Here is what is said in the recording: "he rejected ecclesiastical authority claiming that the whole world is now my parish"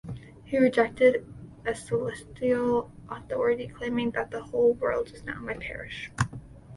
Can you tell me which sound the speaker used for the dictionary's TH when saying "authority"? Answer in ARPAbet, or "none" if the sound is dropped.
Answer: TH